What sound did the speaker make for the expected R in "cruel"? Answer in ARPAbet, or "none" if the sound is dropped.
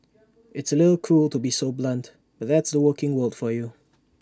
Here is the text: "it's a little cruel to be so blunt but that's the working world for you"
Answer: none